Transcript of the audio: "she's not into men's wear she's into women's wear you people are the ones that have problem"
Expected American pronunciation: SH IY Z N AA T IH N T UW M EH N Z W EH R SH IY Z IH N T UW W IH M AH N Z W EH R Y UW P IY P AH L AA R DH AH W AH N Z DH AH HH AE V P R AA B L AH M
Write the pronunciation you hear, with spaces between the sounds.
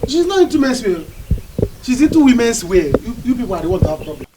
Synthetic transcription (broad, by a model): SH IY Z N AA T IH N T UW M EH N S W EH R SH IY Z IH N T UW W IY M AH N S W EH Y UW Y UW B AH W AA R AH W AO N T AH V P R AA B L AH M